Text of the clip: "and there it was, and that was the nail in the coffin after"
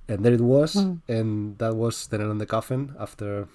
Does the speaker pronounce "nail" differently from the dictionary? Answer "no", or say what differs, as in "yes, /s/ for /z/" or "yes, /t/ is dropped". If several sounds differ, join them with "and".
yes, /n/ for /l/